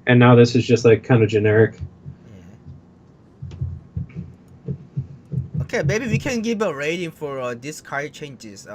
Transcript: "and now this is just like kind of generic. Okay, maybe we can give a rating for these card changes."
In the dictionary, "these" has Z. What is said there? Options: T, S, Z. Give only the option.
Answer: S